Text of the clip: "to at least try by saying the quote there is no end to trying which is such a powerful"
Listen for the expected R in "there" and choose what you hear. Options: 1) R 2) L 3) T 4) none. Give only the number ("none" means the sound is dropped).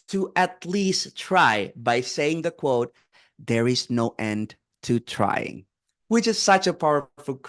1